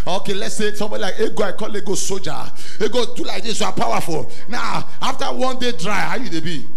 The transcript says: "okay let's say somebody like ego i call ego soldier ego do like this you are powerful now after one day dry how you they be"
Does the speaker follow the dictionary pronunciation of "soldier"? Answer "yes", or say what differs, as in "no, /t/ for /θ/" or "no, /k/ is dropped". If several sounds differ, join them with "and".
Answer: no, /l/ is dropped